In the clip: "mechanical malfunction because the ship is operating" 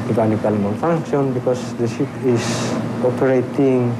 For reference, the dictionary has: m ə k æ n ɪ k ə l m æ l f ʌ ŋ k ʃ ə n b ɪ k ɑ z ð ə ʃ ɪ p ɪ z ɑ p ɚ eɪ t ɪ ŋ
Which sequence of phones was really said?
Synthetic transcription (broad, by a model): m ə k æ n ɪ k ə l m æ n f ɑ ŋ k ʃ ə n b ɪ k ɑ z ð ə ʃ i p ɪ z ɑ p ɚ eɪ t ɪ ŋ